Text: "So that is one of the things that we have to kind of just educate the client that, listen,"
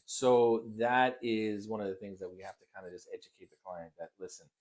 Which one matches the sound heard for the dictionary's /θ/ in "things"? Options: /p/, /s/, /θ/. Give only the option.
/θ/